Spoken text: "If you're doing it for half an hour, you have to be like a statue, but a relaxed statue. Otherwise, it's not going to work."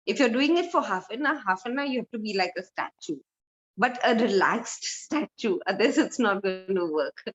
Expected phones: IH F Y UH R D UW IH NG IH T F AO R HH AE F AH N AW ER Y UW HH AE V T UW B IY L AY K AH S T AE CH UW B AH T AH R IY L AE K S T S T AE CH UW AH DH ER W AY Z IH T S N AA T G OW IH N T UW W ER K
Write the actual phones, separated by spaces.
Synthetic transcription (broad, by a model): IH F Y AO D UW IH NG IH T F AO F HH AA F AH N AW Y UW HH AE F T UW B IY L AY K AH S T AE CH UW B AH T AH R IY L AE K S T S T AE CH UW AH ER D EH S IH T S N AA T G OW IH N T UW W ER K